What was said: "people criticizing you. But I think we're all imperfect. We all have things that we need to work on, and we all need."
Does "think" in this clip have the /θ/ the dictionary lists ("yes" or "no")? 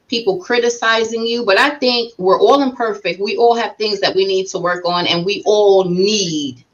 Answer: yes